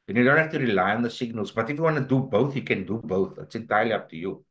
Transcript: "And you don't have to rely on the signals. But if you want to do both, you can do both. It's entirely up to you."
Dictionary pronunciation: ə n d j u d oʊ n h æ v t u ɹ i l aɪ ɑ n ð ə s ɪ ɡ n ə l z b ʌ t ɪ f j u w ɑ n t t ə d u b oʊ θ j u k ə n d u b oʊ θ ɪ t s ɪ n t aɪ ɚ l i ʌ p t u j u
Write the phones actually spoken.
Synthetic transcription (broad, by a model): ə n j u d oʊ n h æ f t u ɹ i l aɪ ɑ n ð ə s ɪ ɡ n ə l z b ʌ t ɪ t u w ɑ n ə d u b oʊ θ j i k ə n d u b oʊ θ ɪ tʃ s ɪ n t aɪ l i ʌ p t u j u